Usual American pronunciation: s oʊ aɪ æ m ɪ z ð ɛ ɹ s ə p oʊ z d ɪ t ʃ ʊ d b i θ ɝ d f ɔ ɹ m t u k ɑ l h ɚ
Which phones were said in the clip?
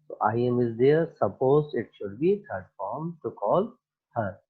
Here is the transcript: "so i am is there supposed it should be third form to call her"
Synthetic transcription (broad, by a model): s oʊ aɪ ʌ m ɪ z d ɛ ɹ s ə p oʊ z ɪ t ʃ ʊ d b i t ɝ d f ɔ ɹ m t u k ɑ l h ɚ